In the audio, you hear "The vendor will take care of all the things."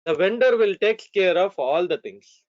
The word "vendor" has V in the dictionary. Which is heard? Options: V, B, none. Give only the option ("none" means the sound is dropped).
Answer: V